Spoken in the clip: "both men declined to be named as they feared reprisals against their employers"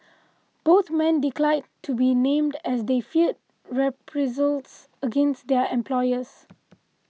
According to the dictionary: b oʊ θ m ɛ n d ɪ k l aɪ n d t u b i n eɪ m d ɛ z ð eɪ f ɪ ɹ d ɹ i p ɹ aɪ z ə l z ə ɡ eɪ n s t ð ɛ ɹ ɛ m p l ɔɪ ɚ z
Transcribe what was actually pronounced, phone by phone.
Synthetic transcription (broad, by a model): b oʊ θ m ɛ n d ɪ k l aɪ d t u b i n eɪ m d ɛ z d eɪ f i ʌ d ɹ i p ɹ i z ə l s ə ɡ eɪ n s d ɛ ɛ m p l ɔɪ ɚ s